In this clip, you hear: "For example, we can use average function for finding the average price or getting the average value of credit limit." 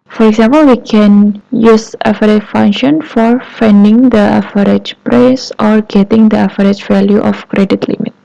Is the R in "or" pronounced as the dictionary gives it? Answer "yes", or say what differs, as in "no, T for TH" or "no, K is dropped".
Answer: yes